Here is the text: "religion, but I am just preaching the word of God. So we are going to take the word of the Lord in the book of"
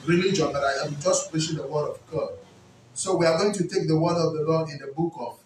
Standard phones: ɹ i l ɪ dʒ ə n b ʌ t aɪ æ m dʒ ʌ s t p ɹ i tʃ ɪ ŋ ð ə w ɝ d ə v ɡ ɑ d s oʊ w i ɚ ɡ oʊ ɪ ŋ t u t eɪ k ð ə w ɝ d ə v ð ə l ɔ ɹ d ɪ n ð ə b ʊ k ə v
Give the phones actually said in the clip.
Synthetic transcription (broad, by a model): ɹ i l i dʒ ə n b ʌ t aɪ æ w dʒ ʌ s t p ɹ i ʃ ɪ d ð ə w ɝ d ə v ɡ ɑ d s oʊ w i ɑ ɡ oʊ ɪ ŋ t u t eɪ k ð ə w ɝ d ə v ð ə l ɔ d ɪ n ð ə b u k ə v